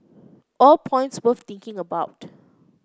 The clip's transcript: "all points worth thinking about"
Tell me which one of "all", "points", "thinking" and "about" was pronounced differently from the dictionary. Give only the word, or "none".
thinking